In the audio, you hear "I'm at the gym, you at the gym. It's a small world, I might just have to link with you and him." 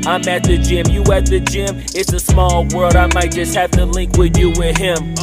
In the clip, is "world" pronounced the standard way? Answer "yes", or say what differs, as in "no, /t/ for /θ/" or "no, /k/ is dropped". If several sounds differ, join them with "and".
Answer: yes